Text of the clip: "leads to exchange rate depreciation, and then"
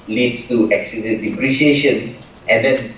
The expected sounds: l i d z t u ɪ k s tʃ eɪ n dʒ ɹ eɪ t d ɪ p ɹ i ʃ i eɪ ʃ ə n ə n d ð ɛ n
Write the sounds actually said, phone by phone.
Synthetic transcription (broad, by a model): l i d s t u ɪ k s i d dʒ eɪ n d ɪ p ɹ i ʃ i eɪ ʃ ə n ə n d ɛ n